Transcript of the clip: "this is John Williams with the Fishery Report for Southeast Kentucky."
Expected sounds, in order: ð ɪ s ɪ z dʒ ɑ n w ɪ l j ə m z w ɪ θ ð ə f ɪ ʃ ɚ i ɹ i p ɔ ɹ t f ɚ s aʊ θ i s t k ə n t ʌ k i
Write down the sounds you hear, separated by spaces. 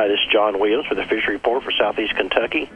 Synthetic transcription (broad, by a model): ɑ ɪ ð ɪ s dʒ ɑ n w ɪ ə z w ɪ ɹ ð ə f ɪ ʃ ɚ ɹ i p ɔ ɹ t f ɚ s aʊ θ i s k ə n t ʌ k i